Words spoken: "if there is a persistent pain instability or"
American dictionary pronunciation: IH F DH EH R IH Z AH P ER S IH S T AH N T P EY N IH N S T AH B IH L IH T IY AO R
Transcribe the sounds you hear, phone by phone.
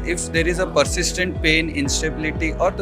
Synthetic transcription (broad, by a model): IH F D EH R IH Z AH P ER S IH S T AH N T P EY N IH N S T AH B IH L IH T IY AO R